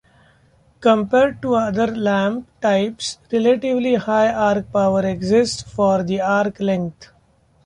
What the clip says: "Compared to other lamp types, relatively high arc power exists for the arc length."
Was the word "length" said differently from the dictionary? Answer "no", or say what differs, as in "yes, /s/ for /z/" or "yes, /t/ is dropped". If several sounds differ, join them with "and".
yes, /t/ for /θ/